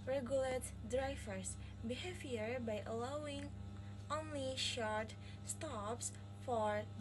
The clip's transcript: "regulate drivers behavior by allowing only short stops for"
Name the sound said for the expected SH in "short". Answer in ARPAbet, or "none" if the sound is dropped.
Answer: SH